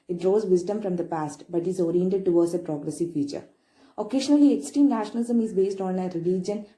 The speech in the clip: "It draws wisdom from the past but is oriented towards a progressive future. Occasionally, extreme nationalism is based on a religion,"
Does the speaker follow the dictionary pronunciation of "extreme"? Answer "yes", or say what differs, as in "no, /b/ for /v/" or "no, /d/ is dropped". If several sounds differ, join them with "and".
no, /ɹ/ is dropped